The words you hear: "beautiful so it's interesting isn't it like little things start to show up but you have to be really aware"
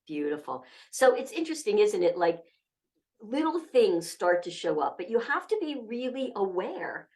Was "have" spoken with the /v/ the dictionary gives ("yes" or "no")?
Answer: no